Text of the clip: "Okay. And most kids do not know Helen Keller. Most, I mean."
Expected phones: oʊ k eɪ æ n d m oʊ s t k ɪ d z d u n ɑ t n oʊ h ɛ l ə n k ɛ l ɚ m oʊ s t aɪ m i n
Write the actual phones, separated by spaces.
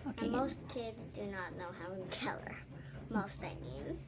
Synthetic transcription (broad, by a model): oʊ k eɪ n m oʊ s t k ɪ d z d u n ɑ t n oʊ h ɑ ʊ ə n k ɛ l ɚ m oʊ s t aɪ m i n